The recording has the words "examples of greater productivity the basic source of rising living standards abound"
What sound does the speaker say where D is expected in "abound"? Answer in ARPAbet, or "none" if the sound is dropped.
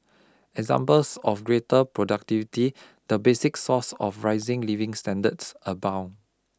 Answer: none